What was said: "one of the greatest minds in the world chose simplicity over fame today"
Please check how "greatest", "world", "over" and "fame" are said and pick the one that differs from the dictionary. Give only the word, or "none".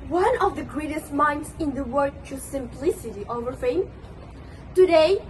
world